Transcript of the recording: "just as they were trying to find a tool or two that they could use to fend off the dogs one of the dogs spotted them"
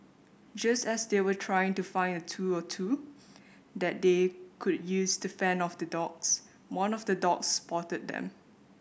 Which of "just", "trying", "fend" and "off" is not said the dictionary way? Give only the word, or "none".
fend